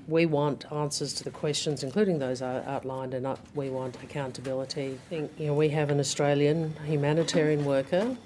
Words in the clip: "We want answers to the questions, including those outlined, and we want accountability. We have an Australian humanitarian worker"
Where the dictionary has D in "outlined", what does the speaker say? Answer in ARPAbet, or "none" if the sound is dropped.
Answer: D